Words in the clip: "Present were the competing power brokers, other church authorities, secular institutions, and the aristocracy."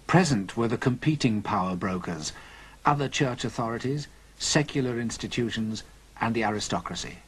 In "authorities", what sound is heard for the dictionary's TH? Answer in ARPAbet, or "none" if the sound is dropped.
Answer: TH